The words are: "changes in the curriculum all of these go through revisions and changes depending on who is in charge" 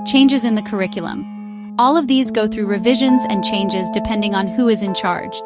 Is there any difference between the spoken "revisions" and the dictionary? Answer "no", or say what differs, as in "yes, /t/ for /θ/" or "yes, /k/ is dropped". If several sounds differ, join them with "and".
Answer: no